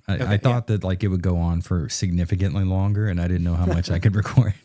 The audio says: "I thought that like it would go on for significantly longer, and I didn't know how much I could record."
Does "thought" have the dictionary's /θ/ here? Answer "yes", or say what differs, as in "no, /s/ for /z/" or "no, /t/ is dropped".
yes